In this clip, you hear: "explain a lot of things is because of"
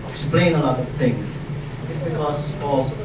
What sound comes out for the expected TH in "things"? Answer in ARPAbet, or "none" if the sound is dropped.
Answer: TH